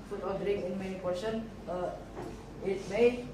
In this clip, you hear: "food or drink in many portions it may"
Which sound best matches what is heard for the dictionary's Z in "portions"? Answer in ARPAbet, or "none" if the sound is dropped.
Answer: none